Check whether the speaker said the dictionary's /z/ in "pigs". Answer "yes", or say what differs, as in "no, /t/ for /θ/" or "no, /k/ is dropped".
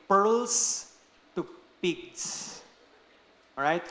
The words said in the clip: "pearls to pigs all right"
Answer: no, /s/ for /z/